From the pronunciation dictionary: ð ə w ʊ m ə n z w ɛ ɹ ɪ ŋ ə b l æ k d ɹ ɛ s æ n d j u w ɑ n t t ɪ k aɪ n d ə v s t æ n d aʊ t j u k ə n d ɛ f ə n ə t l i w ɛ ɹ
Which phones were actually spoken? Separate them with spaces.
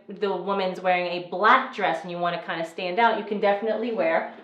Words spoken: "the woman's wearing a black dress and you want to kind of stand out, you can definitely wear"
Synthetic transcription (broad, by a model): ð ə w ʊ m ə n z w ɛ ɹ ɪ ŋ ə b l æ k d ɹ ɛ s n j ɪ w ɑ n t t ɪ k aɪ n d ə s t æ n d aʊ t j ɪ k ə n d ɛ f ə n ə t l i w ɛ ɹ